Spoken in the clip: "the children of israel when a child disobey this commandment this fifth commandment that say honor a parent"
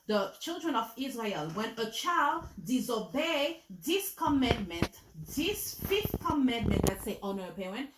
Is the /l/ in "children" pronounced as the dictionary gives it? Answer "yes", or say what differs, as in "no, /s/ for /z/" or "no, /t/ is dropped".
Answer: yes